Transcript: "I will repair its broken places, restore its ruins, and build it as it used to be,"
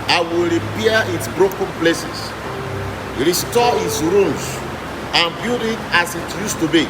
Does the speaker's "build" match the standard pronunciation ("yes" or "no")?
no